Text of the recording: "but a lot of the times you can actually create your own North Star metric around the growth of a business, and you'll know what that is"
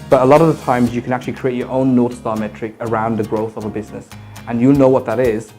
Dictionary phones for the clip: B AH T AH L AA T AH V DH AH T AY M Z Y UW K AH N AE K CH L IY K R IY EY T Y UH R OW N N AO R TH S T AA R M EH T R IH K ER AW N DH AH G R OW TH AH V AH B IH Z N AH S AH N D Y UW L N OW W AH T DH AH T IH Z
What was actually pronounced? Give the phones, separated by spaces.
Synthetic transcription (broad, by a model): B AH T AH L AA T AH V DH AH T AY M Z Y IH K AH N AE K CH L IY K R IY EY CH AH R OW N N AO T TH S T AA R M EH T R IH K ER AW N DH AH G R OW TH AH V AH B IH Z N AH S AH N Y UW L N OW W AH T DH AH T IH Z